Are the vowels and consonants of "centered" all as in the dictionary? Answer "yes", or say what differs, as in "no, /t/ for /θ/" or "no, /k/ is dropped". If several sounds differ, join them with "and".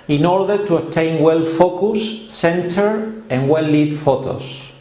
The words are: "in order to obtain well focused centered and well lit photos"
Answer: yes